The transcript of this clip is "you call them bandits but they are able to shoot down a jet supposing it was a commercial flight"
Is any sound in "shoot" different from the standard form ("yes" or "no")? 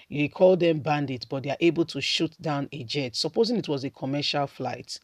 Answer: no